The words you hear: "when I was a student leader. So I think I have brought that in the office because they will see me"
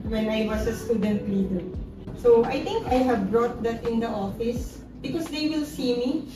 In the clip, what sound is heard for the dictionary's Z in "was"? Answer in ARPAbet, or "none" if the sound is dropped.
S